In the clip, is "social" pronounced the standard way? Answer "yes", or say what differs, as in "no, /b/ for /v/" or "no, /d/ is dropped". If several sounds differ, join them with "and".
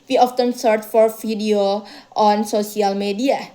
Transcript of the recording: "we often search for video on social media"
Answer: no, /s/ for /ʃ/